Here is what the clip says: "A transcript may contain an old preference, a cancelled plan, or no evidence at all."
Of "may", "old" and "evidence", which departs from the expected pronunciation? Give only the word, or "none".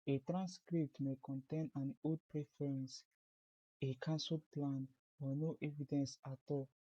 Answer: old